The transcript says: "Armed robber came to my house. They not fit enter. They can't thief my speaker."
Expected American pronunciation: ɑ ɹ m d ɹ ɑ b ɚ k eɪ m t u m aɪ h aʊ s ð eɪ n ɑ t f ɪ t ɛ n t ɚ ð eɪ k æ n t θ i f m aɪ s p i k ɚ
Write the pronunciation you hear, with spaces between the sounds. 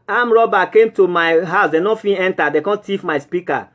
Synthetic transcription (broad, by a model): ɑ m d ɹ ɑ b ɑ k eɪ m t u m aɪ h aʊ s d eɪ n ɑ f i ɛ n t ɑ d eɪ k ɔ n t i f m aɪ s p i k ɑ